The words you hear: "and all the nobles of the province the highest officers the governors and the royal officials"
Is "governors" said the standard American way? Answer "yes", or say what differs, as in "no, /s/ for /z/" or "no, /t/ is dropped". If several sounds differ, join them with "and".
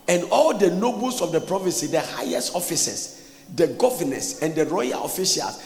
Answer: no, /s/ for /z/